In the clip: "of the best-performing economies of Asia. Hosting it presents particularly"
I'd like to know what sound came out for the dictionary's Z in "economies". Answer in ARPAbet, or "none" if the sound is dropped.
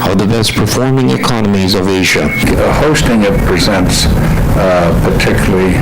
Z